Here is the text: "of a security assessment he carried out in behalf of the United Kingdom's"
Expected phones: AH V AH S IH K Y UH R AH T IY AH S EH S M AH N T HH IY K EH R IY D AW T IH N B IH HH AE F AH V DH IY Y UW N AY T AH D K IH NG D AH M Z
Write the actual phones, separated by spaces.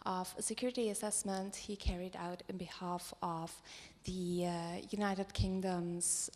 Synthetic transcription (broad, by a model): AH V AH S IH K Y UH R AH T IY AH S EH S M AH N T HH IY K EH R IY D AW T IH N B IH HH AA F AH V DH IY Y UW N AY T AH D K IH NG D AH M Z